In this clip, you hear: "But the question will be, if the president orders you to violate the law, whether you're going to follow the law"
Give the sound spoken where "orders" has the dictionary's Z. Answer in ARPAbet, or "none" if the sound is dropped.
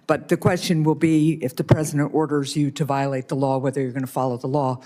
Z